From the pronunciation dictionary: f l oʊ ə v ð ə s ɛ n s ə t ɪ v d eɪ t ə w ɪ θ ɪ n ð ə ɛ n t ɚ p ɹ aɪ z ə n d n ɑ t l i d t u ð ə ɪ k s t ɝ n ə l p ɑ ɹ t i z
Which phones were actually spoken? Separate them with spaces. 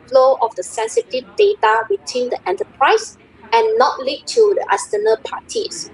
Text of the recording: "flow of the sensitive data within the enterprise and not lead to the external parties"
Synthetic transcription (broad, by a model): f l oʊ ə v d ə s ɛ n s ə t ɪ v d eɪ t ə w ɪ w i n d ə ɛ n t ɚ p ɹ aɪ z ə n n ɑ t l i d t u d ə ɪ s t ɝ n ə l p ɑ t i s